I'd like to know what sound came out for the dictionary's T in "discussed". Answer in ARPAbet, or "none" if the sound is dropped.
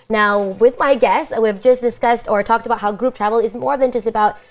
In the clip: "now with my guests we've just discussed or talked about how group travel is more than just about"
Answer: T